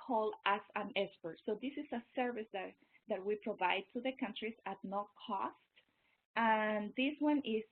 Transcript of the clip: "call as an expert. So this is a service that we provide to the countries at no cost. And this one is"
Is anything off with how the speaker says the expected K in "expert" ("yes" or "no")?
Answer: yes